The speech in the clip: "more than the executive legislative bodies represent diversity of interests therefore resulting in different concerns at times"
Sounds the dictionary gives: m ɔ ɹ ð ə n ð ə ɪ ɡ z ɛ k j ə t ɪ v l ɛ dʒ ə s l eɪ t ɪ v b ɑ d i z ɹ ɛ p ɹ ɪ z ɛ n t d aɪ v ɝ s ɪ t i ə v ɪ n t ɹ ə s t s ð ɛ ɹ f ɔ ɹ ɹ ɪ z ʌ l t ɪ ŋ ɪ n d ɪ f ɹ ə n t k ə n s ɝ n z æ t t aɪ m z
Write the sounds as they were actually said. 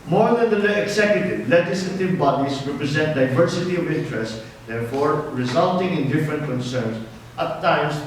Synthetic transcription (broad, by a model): m ɔ ɹ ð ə n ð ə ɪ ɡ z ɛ k j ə t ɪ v l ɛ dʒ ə s l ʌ t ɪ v b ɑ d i s ɹ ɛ p ɹ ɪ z ɛ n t d aɪ v ɝ s ɪ t i ə v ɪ n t ɹ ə s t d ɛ ɹ f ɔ ɹ ɹ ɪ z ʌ l t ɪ ŋ ɪ n d ɪ f ɹ ə n t k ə n s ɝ n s t t aɪ m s